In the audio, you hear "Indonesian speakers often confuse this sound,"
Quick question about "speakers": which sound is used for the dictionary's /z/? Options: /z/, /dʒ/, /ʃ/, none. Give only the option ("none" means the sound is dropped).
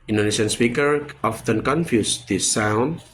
none